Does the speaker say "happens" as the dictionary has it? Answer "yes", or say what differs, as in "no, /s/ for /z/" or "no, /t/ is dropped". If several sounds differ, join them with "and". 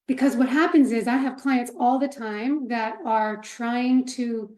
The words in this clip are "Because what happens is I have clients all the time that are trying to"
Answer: yes